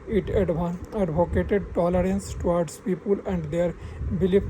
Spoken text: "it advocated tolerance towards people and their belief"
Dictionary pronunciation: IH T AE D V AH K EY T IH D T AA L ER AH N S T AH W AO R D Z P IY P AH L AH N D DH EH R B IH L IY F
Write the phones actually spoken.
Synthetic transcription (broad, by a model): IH T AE D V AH K EY T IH D T AA L ER AH N S T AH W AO R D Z P IY P AH L AH N D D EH R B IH L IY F